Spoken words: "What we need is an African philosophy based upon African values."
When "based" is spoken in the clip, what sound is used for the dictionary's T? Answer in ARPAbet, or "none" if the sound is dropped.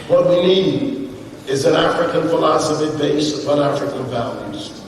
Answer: none